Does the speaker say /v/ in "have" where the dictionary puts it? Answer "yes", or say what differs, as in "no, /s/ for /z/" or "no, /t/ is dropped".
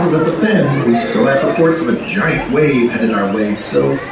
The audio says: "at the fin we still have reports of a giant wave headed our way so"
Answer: no, /f/ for /v/